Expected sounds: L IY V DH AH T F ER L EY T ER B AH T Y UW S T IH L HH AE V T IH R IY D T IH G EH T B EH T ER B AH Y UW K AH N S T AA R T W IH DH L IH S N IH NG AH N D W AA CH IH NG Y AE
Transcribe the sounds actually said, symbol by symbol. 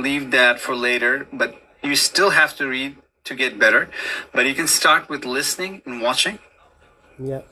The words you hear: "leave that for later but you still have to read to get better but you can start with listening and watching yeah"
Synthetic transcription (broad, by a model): L IY V DH AH T F ER L EY T ER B AH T Y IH S T IH L HH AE F T IH R IY D T IH G EH T B EH T ER B AH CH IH K AH N S T AA R T W IH DH L IH S N IH NG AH N W AA CH IH NG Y